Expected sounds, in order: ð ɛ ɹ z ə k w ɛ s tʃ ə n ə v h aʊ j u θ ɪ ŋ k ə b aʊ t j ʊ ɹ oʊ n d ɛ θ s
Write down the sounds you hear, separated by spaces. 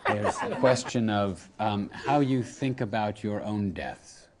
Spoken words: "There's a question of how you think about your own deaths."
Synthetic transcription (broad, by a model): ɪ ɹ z ə k w ɛ s tʃ ə n ə v h aʊ j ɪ θ ɪ ŋ k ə b aʊ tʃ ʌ ɹ oʊ n d ɛ θ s